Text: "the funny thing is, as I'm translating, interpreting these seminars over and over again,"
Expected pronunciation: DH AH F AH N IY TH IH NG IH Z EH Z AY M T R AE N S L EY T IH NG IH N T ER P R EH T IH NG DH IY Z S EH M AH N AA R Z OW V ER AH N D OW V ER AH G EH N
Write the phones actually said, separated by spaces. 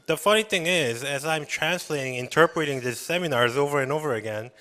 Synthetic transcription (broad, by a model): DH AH F AH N IY TH IH NG IH Z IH Z AY M T R AE N S L EY T IH NG IH N T ER P R EH T IH NG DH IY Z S EH M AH N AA R Z OW V ER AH N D OW V ER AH G EH N